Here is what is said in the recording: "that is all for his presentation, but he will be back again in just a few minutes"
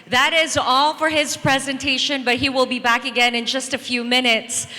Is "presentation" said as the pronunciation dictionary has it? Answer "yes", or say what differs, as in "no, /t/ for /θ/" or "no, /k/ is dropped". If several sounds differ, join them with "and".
yes